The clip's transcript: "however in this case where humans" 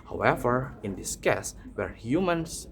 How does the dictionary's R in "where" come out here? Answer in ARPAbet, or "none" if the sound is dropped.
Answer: R